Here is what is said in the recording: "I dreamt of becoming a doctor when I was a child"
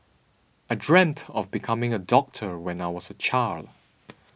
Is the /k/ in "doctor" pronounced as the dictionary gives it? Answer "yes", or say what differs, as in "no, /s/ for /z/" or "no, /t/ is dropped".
yes